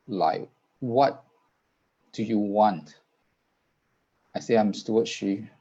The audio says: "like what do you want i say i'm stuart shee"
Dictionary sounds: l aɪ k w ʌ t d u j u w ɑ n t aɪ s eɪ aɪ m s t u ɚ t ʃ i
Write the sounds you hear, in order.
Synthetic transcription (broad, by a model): l aɪ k w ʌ t d u j u w ɑ n t aɪ s eɪ aɪ m s t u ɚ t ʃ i